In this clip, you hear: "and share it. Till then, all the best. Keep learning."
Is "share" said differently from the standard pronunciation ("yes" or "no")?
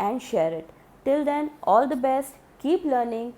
no